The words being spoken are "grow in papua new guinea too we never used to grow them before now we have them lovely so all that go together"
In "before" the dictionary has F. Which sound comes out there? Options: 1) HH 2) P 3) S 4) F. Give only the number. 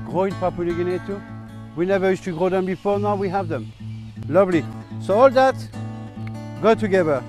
4